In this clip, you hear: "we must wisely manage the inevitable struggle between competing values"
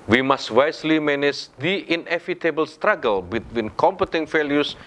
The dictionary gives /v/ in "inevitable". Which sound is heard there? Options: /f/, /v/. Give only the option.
/f/